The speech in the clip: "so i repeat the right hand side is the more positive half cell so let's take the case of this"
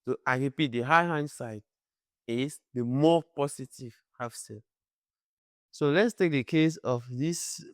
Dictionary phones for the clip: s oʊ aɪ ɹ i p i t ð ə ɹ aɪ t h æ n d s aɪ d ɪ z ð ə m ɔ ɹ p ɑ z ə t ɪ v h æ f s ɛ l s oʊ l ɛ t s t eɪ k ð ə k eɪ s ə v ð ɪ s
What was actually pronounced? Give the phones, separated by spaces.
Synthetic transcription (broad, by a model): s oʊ aɪ ɹ i p i t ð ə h aɪ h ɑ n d s aɪ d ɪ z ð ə m ɔ p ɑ s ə t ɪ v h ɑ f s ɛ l s oʊ l ɛ t s t eɪ k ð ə k eɪ s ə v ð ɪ s